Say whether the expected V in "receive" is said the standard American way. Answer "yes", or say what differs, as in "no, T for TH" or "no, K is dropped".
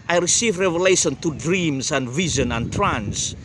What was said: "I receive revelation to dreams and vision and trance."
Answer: yes